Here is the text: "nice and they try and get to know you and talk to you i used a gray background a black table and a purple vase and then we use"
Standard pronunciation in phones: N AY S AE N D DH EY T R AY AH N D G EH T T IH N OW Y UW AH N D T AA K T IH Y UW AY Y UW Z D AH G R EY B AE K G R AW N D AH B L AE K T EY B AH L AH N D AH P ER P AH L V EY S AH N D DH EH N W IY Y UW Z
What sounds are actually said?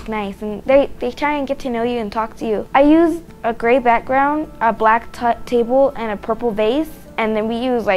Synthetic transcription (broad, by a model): N AY S N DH DH EY T R AY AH N G EH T T IH N OW Y UW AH N T AA K T IH Y UW AY Y UW Z AH G R EY B AE K G R AW N D AH B L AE K T EY B L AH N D AH P ER P L B EY S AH N DH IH N W IY Y UW Z